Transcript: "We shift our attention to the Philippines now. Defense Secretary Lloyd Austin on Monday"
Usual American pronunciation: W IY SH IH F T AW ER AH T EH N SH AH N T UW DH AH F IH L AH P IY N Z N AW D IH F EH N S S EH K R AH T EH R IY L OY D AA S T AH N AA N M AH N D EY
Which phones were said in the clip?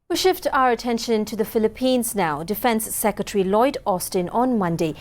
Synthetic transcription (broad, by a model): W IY SH IH F T AW ER AH T EH N SH AH N T UW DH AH F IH L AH P IY N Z N AW D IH F EH N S S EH K R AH T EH R IY L OY D AA S T AH N AA N M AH N D EY